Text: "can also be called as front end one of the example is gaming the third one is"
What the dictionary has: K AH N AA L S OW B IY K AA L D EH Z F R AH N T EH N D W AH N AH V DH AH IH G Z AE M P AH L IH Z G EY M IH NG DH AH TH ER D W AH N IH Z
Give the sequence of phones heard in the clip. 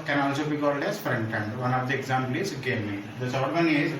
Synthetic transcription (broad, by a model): K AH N AA L S OW B IY K AA L D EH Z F R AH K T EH N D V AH N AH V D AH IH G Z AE M P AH L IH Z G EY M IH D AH S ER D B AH N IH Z